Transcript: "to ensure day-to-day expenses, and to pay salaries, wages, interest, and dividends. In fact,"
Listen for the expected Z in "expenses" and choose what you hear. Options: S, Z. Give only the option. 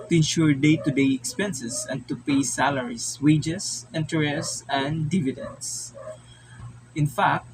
S